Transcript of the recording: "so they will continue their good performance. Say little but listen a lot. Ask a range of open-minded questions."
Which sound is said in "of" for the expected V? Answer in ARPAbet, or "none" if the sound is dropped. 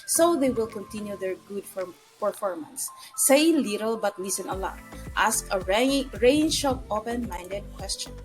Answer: P